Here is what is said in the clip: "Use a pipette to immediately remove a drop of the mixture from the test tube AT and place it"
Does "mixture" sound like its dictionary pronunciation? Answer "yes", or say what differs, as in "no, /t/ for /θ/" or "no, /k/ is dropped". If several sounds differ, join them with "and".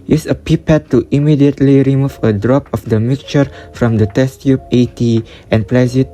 no, /s/ is dropped